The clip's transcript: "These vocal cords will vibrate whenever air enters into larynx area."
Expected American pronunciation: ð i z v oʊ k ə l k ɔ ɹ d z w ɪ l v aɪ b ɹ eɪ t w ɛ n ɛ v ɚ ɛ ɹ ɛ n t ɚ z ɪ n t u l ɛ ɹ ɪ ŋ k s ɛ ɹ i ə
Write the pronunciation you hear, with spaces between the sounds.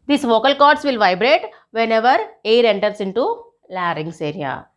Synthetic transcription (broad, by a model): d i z v oʊ k ə l k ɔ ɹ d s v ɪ l v aɪ b ɹ eɪ t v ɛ n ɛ v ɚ ɛ ɹ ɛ n t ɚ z ɪ n t u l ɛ ɹ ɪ ŋ s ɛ ɹ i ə